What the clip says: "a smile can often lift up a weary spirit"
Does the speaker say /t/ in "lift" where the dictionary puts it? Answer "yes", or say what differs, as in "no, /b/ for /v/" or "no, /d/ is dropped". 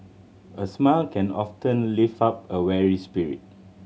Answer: no, /t/ is dropped